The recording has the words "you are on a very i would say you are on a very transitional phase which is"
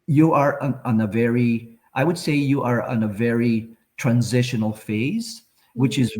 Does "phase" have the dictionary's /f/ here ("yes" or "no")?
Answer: yes